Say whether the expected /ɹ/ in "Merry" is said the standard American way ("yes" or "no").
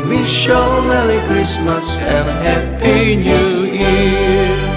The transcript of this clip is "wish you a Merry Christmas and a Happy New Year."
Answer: no